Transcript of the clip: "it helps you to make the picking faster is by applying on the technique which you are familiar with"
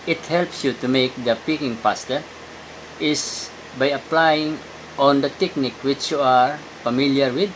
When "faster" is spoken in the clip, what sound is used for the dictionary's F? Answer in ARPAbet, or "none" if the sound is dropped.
P